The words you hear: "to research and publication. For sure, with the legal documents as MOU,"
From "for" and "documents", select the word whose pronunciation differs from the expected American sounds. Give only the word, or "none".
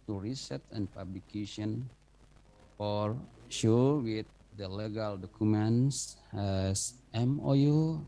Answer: documents